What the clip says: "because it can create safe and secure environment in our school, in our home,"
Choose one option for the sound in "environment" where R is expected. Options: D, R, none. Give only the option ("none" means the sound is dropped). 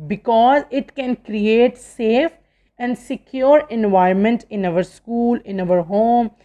none